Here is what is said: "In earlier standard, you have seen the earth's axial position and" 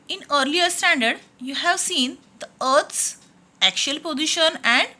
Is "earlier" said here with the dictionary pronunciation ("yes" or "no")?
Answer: yes